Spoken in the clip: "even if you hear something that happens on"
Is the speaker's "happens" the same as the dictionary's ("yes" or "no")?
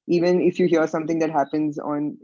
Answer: yes